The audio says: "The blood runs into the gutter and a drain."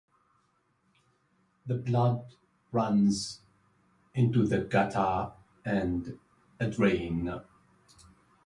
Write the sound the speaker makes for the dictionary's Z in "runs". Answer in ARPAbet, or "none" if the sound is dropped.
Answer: Z